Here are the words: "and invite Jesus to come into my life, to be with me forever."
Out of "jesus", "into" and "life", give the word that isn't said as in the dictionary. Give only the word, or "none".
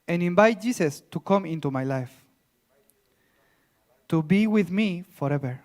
jesus